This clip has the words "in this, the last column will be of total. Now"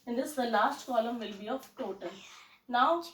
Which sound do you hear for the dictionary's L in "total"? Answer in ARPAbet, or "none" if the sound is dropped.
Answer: N